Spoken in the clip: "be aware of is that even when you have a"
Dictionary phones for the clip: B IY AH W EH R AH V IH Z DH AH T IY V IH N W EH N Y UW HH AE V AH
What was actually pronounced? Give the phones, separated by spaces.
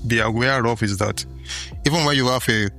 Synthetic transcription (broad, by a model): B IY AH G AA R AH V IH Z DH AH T IY V IH N W EH N Y UW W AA F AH